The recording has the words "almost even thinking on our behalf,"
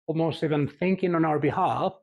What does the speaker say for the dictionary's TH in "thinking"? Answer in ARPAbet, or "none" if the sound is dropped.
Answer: TH